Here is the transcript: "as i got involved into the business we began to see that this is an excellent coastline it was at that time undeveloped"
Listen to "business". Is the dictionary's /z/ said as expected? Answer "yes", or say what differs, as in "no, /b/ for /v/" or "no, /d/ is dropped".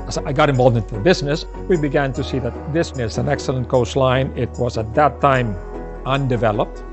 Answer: yes